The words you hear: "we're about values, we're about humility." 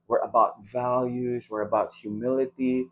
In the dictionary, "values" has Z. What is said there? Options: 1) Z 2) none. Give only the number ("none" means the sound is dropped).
1